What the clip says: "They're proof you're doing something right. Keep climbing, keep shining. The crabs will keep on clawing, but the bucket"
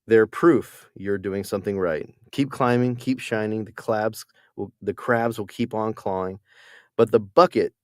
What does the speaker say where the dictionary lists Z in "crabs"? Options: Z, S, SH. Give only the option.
Z